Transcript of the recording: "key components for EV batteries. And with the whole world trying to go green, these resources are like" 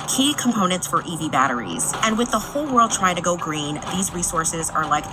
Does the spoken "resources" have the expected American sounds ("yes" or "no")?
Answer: yes